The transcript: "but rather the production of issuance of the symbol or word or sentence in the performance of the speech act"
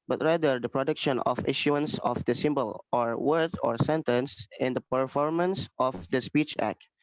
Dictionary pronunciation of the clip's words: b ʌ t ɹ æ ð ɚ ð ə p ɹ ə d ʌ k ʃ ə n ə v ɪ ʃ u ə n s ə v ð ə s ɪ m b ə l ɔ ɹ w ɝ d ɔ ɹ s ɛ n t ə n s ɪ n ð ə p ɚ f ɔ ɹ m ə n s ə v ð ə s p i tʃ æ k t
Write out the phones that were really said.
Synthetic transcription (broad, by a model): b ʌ t ɹ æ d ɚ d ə p ɹ ə d ʌ k ʃ ə n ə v ɪ ʃ u ə n s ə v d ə s ɪ m b ə l ɔ ɹ w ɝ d ɔ ɹ s ɛ n t ə n s ɪ n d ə p ɚ f ɔ ɹ m ə n s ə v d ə s p i tʃ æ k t